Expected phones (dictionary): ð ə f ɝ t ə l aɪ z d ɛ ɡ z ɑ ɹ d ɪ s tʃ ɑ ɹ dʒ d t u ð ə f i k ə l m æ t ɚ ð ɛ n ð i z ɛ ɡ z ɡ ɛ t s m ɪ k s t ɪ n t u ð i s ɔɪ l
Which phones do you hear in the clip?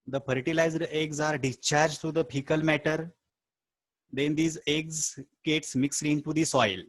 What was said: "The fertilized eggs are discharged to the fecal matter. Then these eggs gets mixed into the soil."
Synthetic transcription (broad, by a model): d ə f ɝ t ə l aɪ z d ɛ ɡ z ɑ ɹ d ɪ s tʃ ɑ ɹ dʒ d t u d ə p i k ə l m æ t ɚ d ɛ n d i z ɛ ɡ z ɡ ɛ t s m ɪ k s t ɪ n t u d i s ɔɪ l